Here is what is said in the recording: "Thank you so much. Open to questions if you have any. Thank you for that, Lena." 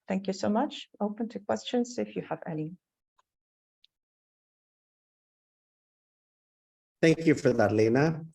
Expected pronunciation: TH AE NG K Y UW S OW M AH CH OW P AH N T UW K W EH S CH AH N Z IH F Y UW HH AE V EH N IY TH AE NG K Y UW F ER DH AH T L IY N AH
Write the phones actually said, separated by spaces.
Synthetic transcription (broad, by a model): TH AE NG K Y UW S OW M AH CH OW P AH N T UW K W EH S CH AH N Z IH F Y UW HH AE V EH L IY TH AE NG K Y UW F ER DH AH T L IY N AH